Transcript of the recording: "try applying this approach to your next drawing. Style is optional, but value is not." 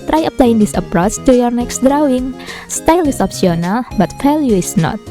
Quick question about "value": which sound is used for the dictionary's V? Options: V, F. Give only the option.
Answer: F